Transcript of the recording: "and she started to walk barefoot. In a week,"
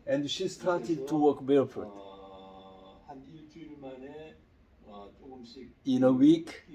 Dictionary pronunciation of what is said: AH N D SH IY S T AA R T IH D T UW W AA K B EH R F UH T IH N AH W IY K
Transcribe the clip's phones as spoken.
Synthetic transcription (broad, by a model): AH N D SH IY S T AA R T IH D T UW W AA K B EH L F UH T IH N AH W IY K